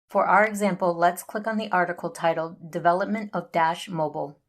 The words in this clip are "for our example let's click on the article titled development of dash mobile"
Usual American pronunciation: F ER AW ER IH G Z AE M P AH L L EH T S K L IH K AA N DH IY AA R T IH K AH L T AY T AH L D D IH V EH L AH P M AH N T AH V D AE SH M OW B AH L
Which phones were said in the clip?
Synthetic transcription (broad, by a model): F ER AW ER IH G Z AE M P L L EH T S K L IH K N DH IY AA R T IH K L T AY T L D D IH V EH L AH P M AH N T AH V D AE SH M OW B L